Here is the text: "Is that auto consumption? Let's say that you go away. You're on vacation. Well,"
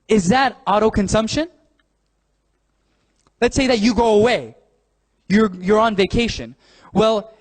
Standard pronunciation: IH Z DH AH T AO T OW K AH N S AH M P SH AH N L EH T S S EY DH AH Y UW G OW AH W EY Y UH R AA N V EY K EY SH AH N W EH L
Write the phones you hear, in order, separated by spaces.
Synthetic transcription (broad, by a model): IH Z DH AH T AO T OW K AH N S AH M P SH AH N L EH T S S EY DH AH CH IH G OW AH W EY Y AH R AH N V EY K EY SH AH N W EH L